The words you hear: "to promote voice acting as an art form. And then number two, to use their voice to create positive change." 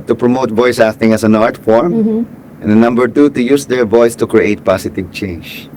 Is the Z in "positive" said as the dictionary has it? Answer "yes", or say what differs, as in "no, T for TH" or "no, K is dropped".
no, S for Z